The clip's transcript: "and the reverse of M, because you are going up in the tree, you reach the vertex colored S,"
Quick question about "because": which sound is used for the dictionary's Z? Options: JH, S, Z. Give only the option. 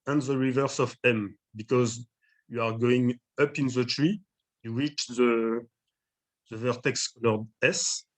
Z